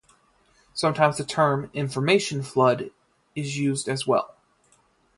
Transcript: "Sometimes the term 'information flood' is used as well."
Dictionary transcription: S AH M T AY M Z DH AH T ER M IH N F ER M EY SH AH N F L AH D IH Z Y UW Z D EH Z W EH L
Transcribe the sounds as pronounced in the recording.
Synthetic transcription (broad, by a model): S AH M T AY M Z DH AH T ER M IH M F ER M EY SH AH N F L AH D IH Z Y UW Z D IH Z W EH L